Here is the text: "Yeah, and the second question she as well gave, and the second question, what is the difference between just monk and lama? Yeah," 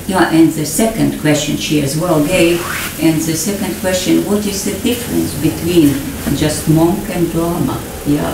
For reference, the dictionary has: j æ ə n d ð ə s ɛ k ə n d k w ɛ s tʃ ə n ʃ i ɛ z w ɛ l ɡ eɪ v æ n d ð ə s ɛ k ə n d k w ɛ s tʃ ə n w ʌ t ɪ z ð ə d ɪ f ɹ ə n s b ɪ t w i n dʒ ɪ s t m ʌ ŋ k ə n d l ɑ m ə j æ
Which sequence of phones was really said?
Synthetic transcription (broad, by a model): j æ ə n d ð ə s ɛ k ə n d k w ɛ s tʃ ə n ʃ i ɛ z w ɛ l ɡ eɪ v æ n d ð ə s ɛ k ə n d k w ɛ s tʃ ə n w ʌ t ɪ z ð ə d ɪ f ɹ ə n s b ɪ t w i n dʒ ɪ s t m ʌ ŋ k ə n d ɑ m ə j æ